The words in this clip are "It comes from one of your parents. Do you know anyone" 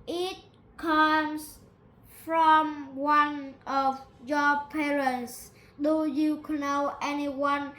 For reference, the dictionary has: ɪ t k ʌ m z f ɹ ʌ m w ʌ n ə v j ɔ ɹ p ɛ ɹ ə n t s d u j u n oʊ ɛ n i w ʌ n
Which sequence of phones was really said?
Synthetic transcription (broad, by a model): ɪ t k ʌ m s f ɹ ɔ m w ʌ n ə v j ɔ p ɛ ɹ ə n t s d u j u n oʊ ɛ n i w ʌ n